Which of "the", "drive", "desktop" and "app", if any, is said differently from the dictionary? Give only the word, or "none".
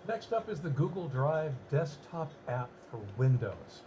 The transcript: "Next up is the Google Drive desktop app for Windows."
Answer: none